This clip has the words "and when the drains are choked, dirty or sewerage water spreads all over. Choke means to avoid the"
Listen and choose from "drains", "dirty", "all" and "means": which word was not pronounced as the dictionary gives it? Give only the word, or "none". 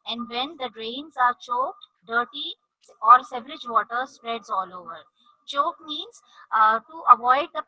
none